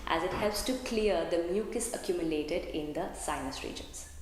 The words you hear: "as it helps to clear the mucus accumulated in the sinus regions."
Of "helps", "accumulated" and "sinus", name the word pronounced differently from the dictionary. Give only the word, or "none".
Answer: none